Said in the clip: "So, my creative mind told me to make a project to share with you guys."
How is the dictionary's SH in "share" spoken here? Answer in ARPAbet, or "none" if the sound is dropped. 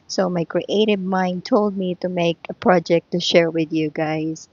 SH